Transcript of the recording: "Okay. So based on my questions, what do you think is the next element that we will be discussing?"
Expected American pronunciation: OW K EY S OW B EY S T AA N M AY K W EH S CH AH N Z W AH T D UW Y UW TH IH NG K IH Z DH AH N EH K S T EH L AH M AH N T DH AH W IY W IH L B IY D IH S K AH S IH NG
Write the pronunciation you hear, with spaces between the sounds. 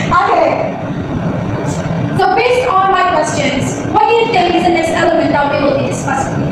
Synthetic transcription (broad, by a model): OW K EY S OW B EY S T AA N M AY K W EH S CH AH N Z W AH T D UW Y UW T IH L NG IH Z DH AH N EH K S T EH L AH M AH N T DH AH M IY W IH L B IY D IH S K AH S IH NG